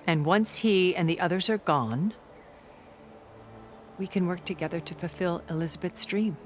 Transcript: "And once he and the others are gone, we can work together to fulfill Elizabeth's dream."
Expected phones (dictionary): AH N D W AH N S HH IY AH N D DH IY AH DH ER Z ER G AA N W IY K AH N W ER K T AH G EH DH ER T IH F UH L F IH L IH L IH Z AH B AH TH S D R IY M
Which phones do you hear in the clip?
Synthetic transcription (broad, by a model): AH N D W AH N S HH IY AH N DH IY AH DH ER Z ER G AA N W IY K AH N W ER K T AH G EH DH ER T IH F UH L F IH L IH L IH Z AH B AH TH S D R IY M